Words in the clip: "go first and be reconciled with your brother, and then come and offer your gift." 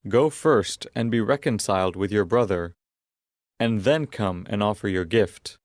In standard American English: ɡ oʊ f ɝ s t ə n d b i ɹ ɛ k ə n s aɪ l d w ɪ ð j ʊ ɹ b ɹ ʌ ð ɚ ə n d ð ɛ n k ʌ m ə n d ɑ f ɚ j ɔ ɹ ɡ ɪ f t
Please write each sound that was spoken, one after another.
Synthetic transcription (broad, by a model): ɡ oʊ f ɝ s t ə n b i ɹ ɛ k ə n s aɪ l d w ɪ ð j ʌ ɹ b ɹ ʌ ð ɚ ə n ð ɛ n k ʌ m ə n ɑ f ɚ j ɔ ɹ ɡ ɪ f t